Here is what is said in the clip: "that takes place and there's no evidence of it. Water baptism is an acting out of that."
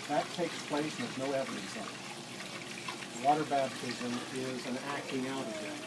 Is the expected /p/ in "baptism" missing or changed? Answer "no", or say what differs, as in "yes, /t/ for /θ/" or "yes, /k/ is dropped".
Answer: yes, /b/ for /p/